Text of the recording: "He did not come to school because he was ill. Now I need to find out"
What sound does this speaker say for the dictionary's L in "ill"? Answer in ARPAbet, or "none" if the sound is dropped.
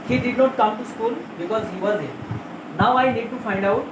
N